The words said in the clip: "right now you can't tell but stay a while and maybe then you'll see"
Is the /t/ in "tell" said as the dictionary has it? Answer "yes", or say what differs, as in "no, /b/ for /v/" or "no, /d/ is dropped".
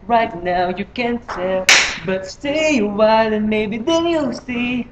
no, /s/ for /t/